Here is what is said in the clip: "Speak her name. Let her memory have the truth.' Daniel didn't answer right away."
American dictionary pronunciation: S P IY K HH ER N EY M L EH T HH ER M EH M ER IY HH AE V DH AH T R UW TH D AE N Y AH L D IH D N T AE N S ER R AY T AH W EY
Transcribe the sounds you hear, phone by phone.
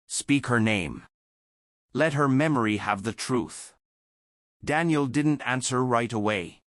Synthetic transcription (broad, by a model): S P IY K HH ER N EY M L EH T HH ER M EH M ER IY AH V DH AH T R UW TH D AE N Y AH L D IH D N T AE N S ER R AY T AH W EY